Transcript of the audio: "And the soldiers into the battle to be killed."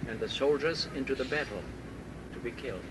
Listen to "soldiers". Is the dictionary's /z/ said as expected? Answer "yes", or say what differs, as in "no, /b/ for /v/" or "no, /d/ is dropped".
yes